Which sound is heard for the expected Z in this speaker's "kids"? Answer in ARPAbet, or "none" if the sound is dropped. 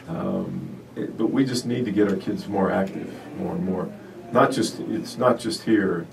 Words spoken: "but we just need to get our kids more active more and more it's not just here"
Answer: Z